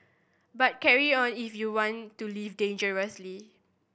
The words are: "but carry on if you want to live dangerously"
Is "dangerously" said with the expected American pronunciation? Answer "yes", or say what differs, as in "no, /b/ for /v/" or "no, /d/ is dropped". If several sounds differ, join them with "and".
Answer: yes